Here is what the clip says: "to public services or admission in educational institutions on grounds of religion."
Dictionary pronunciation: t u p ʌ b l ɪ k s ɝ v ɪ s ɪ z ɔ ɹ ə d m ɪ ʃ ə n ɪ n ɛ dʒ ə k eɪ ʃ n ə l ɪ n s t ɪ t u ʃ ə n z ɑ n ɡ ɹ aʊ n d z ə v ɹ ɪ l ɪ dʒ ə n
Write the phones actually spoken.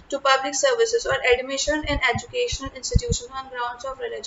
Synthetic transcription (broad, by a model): t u p ʌ b l ɪ k s ɝ v ɪ s ɪ z ɔ ɹ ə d m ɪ ʃ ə n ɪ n ɛ dʒ ə k eɪ ʃ n ə l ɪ n s t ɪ t u ʃ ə n ɑ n ɡ ɹ aʊ n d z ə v ɹ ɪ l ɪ dʒ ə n